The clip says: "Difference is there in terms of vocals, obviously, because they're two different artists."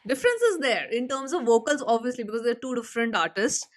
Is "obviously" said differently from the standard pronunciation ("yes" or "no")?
no